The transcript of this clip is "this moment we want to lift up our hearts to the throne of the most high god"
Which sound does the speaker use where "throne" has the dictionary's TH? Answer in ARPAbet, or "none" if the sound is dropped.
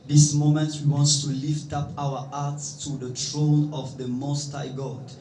T